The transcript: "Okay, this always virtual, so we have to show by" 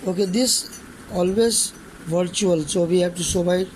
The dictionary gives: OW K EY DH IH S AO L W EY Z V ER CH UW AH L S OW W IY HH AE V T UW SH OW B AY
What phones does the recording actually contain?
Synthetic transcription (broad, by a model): OW K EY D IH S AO L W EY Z V ER CH UW AH L S OW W IY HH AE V T UW S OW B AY